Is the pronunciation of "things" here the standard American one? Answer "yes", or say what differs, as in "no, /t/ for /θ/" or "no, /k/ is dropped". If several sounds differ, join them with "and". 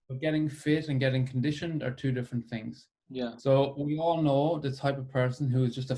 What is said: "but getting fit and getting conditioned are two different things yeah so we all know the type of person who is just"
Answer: yes